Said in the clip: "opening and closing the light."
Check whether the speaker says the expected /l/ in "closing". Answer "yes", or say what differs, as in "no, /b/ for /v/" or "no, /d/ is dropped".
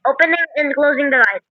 yes